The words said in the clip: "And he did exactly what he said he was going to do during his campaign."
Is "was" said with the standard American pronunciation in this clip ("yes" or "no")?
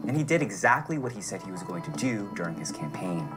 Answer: yes